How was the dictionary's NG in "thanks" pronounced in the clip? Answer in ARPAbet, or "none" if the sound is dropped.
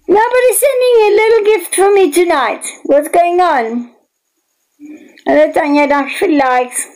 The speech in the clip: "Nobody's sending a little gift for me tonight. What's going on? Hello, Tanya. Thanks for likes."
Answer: none